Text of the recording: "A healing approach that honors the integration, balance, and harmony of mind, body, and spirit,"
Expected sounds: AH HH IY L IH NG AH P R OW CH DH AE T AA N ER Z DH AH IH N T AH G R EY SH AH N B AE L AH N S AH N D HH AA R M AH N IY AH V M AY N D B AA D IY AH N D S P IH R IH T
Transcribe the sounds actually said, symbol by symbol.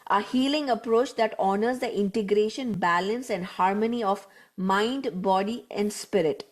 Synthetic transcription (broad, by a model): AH HH IY L IH NG AH P R OW CH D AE T AA N ER Z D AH IH N T AH G R EY SH AH N B AE L AH N S AH N D HH AA R M AH N IY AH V M AY N D B AA D IY AH N D S P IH R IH T